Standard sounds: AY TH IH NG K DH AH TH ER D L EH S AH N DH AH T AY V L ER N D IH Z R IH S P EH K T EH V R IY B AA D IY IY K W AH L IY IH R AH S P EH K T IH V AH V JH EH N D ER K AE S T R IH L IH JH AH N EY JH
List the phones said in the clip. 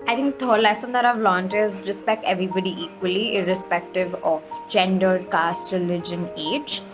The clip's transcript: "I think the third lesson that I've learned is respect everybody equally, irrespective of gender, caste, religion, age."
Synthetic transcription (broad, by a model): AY T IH NG K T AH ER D L EH S AH N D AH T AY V L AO N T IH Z R IH S P EH K T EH V R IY B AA D IY IY K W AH L IY IH R AH S P EH K T IH V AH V JH EH N D ER K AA S T R IH L IH JH AH N EY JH